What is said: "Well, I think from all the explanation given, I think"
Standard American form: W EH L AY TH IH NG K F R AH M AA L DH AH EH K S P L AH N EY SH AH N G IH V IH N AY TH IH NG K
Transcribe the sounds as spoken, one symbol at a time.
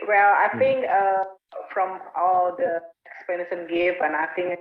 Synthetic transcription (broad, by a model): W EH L AY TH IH NG K F R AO M AA L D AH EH K S P AH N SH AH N G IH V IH N AY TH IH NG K